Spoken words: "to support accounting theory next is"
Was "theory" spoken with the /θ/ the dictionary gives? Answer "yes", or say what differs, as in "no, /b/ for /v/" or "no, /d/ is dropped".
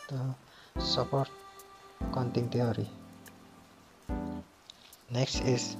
no, /t/ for /θ/